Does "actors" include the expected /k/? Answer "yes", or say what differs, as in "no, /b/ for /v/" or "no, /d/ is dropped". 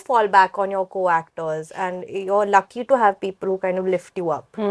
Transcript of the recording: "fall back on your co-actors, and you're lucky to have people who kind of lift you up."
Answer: yes